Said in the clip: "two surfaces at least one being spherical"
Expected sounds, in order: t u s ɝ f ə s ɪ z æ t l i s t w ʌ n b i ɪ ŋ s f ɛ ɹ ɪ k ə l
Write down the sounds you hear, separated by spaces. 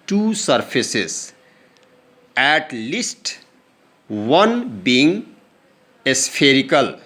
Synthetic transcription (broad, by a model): t u s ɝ p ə s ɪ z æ t l i s t w ʌ n b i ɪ ŋ s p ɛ ɹ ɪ k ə l